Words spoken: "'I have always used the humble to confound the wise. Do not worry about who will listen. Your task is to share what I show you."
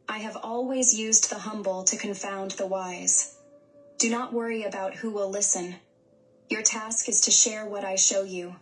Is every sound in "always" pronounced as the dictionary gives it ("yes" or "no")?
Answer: yes